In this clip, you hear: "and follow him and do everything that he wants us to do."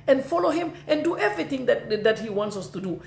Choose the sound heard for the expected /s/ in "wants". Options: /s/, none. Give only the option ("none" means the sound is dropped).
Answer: /s/